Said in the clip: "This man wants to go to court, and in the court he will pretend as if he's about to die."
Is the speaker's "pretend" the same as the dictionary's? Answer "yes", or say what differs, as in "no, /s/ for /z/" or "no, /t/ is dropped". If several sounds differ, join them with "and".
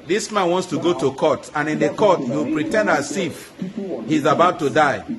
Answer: yes